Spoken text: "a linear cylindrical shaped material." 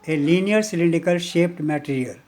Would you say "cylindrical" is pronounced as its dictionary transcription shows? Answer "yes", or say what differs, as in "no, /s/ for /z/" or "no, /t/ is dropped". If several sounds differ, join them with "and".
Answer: no, /ɹ/ is dropped